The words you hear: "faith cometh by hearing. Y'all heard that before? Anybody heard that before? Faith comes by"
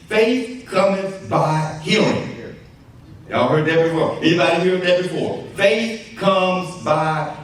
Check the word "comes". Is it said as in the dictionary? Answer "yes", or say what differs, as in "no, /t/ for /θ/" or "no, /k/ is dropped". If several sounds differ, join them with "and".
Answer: yes